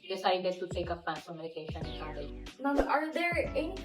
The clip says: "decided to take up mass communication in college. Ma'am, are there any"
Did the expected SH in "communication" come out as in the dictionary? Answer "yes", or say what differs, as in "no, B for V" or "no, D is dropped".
no, SH is dropped